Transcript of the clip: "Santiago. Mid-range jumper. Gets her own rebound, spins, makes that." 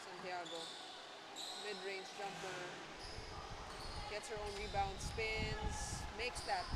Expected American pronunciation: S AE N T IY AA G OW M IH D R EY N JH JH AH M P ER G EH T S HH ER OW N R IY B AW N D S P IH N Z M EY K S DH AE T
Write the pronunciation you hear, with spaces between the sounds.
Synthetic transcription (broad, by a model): S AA N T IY AA G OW M IH D R EY N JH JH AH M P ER G EH T S HH ER OW N R IY B AW N D S P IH N S M EY K S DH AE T